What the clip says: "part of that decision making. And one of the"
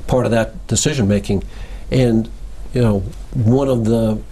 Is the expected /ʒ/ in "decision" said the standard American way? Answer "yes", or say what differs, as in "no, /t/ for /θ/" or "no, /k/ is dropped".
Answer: yes